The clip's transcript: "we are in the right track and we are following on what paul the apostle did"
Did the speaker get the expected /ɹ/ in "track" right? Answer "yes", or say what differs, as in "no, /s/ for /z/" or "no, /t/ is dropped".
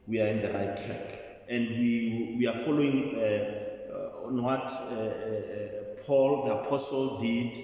no, /ɹ/ is dropped